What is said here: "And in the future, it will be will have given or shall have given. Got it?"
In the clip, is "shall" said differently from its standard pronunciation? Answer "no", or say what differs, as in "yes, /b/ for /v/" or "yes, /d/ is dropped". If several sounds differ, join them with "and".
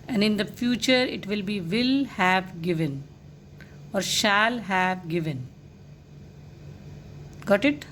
no